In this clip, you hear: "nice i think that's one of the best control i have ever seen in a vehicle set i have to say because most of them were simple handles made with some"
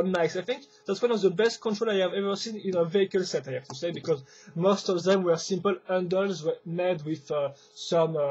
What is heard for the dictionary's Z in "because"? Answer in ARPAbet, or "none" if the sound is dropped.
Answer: Z